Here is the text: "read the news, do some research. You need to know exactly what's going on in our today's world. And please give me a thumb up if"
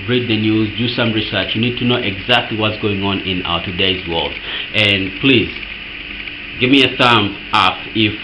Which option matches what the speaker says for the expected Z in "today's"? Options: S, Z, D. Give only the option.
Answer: Z